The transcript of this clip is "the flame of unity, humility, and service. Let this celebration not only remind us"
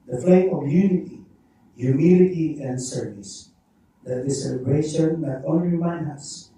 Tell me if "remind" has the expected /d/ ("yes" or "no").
no